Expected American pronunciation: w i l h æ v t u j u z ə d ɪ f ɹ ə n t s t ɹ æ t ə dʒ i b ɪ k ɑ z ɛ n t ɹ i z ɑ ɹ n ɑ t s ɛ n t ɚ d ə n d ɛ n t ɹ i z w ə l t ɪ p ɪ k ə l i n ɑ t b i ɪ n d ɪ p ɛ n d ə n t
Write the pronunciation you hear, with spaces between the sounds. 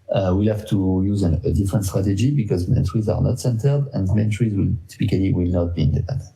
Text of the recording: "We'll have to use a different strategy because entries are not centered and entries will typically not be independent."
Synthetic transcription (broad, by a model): w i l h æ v t u j u z ə d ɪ f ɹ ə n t s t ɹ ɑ t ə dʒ i b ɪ k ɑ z ɛ n t ɹ i z ɑ ɹ n ɑ t s ɛ n t ɚ d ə n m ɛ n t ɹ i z w ə l t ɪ p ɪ k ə l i n ɑ t b i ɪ n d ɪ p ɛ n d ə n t